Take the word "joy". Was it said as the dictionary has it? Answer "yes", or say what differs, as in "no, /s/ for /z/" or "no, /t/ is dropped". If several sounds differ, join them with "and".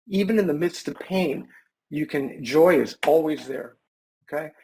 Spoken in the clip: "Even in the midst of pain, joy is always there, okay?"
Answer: yes